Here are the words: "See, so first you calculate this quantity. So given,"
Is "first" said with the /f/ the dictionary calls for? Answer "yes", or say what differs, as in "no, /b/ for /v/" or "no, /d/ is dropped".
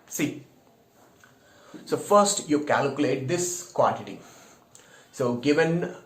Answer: yes